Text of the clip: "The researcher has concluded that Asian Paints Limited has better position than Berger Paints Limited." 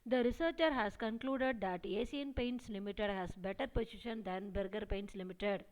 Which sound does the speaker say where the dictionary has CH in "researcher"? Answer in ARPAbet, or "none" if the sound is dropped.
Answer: CH